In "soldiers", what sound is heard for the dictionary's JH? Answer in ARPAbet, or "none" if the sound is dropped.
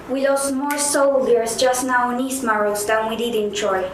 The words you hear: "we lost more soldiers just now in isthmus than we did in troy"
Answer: none